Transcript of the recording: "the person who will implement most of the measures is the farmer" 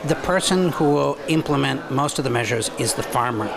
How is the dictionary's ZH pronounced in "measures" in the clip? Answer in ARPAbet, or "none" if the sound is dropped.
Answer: ZH